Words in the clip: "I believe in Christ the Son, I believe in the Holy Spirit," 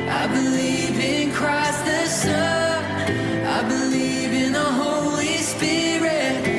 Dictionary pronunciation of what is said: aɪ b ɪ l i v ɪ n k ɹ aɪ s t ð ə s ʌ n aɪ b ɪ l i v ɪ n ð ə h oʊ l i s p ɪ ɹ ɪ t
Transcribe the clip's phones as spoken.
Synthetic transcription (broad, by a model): aɪ b ɪ l i v ɪ n k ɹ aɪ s ð ə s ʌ aɪ b ɪ l i v ɪ n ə h oʊ l i s p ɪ ɹ ɪ t